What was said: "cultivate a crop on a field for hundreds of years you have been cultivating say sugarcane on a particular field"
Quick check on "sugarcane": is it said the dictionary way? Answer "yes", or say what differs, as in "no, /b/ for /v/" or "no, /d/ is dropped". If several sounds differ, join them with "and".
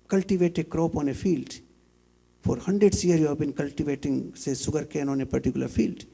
no, /s/ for /ʃ/